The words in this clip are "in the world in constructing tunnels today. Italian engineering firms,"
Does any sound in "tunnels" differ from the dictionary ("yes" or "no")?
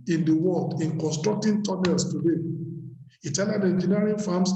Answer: yes